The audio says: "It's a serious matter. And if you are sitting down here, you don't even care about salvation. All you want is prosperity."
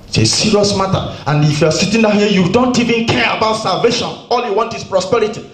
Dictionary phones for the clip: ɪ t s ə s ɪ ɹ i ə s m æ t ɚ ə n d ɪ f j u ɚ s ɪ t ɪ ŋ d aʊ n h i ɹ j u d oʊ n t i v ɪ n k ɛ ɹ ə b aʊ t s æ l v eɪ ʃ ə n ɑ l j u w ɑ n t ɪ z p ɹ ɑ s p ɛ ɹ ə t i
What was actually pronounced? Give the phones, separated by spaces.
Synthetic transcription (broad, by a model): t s ə s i ɹ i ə s m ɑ t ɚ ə n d ɪ f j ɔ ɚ s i t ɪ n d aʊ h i j u d oʊ n t i v ɪ n k ɛ ɹ ə b aʊ t s æ l v eɪ ʃ ə n ɑ l j u w ɑ n t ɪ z p ɹ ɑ s p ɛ ɹ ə t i